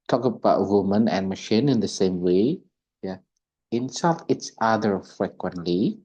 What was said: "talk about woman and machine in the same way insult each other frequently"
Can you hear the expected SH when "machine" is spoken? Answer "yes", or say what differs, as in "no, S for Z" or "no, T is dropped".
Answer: yes